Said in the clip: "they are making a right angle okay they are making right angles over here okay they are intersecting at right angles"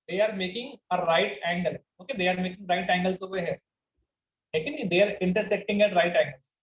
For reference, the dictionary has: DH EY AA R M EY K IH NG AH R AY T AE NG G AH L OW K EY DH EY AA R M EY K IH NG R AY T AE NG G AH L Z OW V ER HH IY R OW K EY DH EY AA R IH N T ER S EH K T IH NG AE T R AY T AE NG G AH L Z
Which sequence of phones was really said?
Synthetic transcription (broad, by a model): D EY AA R M EY K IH NG AH R AY T AE NG G AH L OW K EY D EY AA R M EY K IH NG R AY T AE NG G AH L S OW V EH HH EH L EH K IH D EY AA R IH N T ER S EH K T IH NG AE T R AY T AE NG G AH L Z